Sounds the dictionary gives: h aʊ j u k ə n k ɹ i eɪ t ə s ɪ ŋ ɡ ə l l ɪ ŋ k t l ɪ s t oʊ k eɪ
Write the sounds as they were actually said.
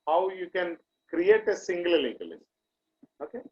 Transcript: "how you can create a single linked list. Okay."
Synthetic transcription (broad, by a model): h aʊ j u k ə n k ɹ i eɪ t ə s ɪ ŋ ɡ ə l l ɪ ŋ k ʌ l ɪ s oʊ k eɪ